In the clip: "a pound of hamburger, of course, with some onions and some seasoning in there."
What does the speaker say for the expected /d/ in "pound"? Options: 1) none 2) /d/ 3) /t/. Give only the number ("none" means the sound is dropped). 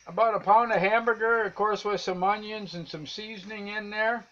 2